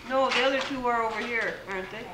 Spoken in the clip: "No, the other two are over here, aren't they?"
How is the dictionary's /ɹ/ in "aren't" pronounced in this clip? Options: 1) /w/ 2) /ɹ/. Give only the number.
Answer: 2